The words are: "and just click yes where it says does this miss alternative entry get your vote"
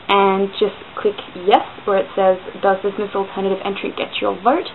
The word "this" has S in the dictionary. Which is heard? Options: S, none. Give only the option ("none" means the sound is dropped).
S